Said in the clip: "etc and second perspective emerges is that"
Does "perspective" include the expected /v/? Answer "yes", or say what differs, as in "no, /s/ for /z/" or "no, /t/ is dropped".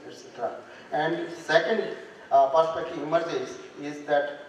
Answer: no, /v/ is dropped